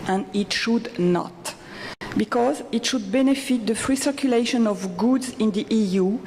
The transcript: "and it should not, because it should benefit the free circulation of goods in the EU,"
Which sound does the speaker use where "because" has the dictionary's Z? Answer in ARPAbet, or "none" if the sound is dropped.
Z